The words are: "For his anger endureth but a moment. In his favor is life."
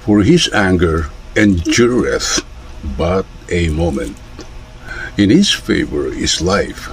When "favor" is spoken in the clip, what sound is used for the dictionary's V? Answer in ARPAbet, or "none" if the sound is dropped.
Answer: V